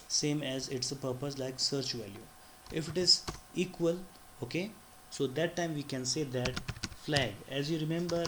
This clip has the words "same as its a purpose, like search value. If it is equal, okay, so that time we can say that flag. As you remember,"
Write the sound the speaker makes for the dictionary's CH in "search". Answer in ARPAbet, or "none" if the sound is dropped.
CH